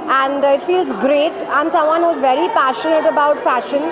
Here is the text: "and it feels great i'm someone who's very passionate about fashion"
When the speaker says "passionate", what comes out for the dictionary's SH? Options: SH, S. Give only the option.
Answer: SH